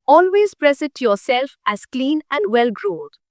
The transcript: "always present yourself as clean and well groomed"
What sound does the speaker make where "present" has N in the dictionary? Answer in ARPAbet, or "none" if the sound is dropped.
none